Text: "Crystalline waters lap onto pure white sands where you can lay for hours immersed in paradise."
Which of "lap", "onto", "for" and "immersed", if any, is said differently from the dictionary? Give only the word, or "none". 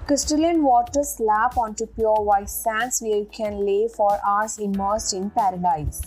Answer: immersed